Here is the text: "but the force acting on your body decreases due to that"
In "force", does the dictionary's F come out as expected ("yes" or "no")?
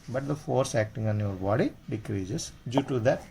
yes